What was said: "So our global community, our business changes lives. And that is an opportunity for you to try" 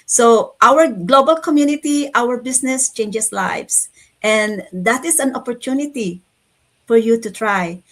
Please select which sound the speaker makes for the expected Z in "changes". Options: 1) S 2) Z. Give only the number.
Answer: 1